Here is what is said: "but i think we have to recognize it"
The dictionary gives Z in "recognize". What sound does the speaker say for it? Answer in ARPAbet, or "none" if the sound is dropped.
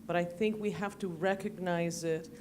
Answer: Z